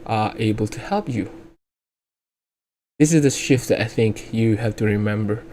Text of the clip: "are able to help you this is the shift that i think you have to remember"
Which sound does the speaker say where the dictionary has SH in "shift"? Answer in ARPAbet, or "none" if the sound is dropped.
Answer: SH